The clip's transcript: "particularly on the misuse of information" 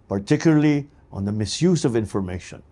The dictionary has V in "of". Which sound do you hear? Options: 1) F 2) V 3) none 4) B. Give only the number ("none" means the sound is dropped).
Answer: 2